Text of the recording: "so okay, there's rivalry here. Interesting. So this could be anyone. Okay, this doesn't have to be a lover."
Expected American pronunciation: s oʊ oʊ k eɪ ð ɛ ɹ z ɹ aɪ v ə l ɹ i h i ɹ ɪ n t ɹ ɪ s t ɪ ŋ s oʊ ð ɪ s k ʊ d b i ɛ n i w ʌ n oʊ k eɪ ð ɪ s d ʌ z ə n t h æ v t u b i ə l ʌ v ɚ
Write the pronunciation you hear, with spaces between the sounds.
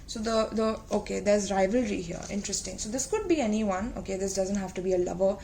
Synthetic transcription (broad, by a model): s oʊ oʊ k eɪ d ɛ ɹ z ɹ aɪ v ə l ɹ i h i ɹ ɪ n t ɹ ɪ s t ɪ ŋ s oʊ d ɪ s k ʊ d b i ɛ n i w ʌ n oʊ k eɪ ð ɪ s d ʌ z ə n t h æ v t u b i ə l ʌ v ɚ